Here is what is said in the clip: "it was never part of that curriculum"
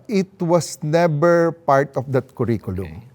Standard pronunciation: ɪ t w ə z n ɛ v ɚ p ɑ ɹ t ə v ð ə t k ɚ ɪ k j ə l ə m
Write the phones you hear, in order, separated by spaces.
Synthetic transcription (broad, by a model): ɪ t w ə s n ɛ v ɚ p ɑ ɹ t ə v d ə t k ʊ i k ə l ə m